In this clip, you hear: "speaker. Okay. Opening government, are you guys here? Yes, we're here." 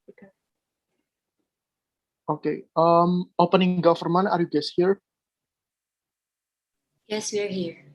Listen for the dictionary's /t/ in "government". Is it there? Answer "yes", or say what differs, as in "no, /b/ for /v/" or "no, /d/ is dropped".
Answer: no, /t/ is dropped